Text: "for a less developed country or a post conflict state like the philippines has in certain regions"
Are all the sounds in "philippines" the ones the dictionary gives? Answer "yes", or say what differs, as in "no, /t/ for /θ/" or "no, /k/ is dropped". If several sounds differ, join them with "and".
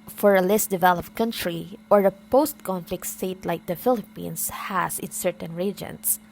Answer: no, /s/ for /z/